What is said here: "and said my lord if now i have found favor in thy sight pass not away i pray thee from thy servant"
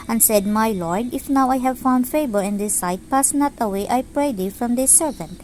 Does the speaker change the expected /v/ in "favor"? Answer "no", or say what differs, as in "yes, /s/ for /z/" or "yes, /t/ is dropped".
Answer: yes, /b/ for /v/